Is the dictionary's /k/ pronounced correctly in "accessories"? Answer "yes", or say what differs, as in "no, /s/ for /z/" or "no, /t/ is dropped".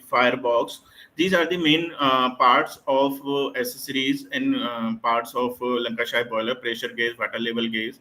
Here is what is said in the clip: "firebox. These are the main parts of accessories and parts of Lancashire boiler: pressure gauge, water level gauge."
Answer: no, /k/ is dropped